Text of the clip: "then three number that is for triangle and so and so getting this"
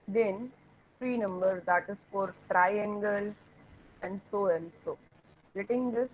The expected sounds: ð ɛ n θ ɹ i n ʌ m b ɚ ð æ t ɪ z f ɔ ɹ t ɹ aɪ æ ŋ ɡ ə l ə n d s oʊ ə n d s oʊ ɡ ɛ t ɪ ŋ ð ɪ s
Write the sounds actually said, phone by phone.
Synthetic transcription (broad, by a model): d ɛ n f ɹ i n ʌ m b ɚ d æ t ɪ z f ɔ ɹ t ɹ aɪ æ ŋ ɡ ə l ə n d s oʊ ə n d s oʊ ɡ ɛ t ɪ ŋ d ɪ s